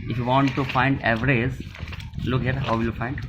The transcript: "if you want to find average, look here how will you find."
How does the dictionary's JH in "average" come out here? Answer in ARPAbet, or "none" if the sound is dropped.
Z